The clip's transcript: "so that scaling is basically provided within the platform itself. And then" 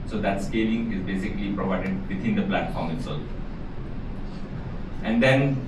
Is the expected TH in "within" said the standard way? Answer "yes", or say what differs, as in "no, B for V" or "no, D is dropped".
no, T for TH